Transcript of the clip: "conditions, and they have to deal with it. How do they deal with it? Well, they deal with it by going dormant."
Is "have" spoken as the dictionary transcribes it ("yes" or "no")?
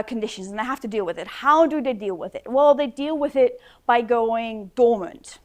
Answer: no